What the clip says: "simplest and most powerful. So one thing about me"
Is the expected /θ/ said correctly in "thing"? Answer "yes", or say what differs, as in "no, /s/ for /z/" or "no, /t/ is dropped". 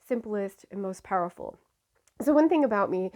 yes